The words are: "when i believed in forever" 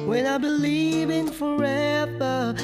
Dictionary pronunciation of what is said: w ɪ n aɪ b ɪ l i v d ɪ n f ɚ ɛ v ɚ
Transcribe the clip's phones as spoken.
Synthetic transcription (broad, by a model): w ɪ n aɪ b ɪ l i v ɪ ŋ f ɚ ɛ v ɚ